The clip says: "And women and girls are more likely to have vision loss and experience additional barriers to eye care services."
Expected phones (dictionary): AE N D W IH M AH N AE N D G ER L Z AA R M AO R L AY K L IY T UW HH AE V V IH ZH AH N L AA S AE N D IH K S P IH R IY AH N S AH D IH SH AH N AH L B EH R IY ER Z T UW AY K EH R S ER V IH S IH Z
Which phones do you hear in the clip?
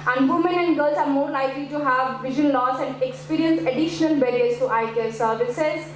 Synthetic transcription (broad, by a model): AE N D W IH M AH N AE N D G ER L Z AA R M AO R L AY K L IY T UW HH AE V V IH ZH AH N L AA S AE N D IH K S P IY R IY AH N S AH D IH SH AH N AH L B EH R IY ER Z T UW AY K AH L S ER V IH S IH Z